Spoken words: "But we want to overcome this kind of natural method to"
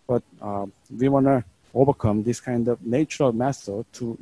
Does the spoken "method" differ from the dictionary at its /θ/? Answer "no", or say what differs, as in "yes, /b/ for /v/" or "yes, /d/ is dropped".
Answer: yes, /s/ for /θ/